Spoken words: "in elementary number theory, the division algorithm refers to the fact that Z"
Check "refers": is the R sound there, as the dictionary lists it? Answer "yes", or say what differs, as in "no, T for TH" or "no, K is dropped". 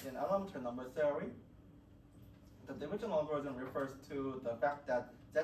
yes